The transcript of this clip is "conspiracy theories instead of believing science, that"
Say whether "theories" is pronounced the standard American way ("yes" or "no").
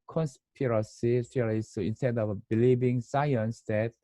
no